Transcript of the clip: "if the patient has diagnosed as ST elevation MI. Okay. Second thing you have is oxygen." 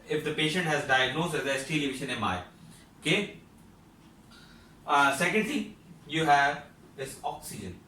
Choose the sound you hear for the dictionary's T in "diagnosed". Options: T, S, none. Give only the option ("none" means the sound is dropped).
none